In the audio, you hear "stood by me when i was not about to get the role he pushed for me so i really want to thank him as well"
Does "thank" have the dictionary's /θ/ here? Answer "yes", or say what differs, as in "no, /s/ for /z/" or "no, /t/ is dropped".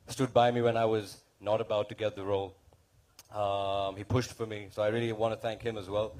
yes